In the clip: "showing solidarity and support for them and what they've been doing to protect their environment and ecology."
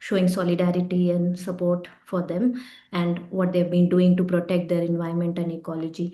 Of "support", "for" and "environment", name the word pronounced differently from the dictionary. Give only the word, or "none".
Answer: environment